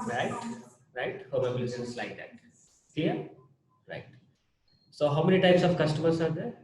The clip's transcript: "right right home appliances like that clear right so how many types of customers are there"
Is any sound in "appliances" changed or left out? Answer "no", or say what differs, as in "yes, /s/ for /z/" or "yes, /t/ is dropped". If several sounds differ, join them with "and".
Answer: yes, /b/ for /p/